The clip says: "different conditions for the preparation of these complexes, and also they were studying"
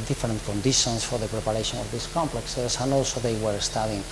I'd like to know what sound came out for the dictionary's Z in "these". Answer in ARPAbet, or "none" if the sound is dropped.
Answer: S